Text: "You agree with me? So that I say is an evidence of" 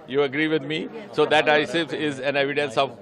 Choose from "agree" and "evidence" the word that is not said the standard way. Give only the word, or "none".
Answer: none